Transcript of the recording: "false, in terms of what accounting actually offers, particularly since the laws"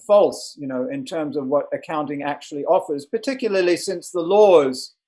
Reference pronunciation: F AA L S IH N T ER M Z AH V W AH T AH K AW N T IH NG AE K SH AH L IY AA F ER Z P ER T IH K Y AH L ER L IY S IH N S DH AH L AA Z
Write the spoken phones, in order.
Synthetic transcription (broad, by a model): F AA L S IH N T ER M Z AH V W AH T AH K AW N T IH NG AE K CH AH L IY AA F ER Z P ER T IH K Y L ER L IY S IH N S DH AH L AA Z